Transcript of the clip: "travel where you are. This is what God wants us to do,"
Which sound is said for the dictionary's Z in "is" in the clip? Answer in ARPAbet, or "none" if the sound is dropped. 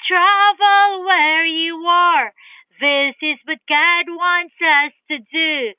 Z